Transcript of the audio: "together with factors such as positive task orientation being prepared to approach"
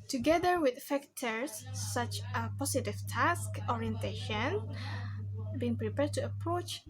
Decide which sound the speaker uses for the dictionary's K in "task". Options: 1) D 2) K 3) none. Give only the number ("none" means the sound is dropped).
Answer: 2